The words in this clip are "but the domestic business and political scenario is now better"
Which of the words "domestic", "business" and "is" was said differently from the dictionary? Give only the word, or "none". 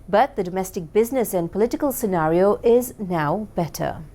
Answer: none